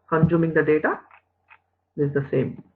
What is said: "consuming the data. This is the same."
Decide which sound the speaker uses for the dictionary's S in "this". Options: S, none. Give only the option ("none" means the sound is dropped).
none